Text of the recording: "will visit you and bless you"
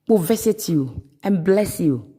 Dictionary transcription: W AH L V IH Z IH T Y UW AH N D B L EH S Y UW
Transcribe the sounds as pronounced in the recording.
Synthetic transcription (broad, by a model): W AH V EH S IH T Y UW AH N B L EH S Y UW